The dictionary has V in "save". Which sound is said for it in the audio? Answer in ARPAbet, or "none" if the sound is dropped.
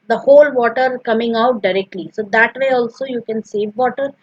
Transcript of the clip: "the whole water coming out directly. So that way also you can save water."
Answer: V